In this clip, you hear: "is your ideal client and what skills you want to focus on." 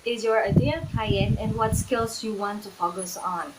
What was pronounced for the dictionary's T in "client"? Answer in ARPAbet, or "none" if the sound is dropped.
none